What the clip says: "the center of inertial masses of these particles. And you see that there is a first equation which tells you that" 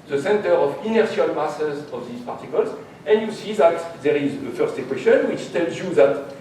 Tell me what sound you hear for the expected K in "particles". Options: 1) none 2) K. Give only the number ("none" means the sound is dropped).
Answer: 2